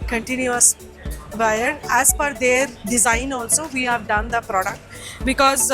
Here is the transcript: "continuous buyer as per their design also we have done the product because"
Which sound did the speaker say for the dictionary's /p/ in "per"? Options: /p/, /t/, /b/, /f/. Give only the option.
/f/